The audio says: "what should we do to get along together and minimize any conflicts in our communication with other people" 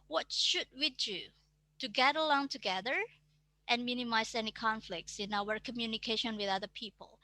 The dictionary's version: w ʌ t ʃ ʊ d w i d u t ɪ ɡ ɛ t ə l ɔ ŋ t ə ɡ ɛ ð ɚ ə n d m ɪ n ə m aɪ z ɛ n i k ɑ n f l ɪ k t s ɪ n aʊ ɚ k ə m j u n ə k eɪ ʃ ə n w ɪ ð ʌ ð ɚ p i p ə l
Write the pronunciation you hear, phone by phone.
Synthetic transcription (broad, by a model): w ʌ t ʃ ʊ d w i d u t ɪ ɡ ɛ t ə l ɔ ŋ t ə ɡ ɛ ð ɚ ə n m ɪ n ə m aɪ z ɛ n i k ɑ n f l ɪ k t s ɪ n aʊ ɚ k ə m j u n ə k eɪ ʃ ə n w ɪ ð ʌ ð ɚ p i p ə l